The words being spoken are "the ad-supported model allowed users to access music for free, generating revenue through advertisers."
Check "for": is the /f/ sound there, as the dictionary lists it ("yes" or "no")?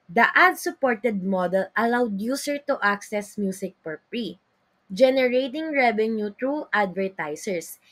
no